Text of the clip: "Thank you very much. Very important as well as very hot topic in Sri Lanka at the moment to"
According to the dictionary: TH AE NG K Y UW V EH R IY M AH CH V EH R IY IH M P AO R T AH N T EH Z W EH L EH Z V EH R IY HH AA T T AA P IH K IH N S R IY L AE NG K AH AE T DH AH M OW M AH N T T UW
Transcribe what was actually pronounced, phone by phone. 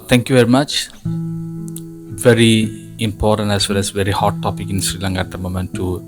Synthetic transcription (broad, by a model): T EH NG K Y UW V EH R IY M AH CH V EH R IY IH M P AO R T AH N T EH S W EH L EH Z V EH R IY HH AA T T AA P IH K IH N S R IY L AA NG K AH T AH M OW M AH N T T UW